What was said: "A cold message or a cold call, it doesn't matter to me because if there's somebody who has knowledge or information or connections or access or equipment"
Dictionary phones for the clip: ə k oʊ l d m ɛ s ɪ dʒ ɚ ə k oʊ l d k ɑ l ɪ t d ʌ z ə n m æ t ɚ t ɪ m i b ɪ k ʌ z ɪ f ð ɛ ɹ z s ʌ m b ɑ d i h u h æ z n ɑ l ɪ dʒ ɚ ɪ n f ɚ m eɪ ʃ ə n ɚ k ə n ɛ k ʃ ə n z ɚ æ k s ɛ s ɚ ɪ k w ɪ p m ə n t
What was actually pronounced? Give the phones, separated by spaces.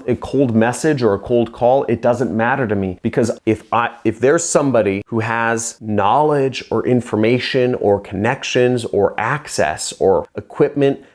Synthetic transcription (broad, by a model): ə k oʊ l d m ɛ s ɪ dʒ ɚ ə k oʊ l d k ɑ l ɪ t d ʌ z ə n m æ t ɚ t ɪ m i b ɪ k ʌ z ɪ f ð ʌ ɹ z s ʌ m b ɑ d i h u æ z n ɑ l ɪ dʒ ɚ ɪ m f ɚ m eɪ ʃ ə n ɚ k ə n ɛ k ʃ ə n z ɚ æ k s ɛ s ɚ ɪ k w ɪ p m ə n t